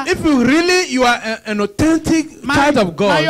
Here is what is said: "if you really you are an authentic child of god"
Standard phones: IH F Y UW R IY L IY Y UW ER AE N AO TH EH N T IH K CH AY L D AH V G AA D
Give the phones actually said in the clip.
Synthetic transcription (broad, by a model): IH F Y UW R IY L IY Y UW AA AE N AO T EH N T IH K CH AY D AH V G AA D